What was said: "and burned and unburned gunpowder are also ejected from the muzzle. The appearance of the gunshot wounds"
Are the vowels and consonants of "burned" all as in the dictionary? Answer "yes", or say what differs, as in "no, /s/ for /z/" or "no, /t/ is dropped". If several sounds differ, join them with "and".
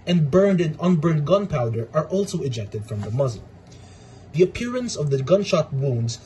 yes